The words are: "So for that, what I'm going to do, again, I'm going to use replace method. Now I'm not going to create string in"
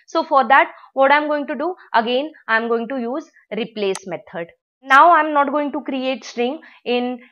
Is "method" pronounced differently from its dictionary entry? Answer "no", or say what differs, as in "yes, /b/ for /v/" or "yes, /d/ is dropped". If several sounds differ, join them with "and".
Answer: yes, /t/ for /θ/